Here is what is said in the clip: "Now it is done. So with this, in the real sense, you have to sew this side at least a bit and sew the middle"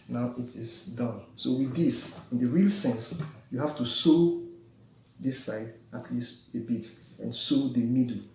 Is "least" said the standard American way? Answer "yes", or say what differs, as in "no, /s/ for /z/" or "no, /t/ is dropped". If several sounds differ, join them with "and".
yes